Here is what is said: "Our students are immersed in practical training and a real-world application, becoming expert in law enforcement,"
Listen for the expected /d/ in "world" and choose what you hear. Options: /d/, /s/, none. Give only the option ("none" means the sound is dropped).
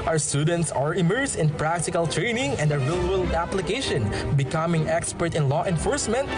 none